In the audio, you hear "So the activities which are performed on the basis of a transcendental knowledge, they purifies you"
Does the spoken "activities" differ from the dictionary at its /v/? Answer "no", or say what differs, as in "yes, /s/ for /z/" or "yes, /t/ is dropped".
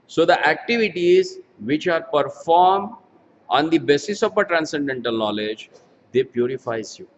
no